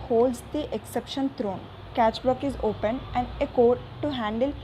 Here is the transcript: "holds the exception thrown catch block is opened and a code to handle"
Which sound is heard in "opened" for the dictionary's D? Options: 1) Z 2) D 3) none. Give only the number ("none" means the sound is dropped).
3